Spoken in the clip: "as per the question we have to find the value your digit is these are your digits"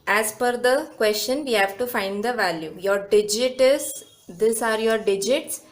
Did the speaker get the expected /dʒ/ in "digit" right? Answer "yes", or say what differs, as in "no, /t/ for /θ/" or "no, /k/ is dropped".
yes